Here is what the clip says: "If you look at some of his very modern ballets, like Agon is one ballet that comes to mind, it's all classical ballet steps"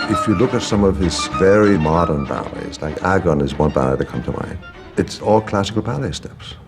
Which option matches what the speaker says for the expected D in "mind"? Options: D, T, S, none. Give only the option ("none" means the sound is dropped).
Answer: none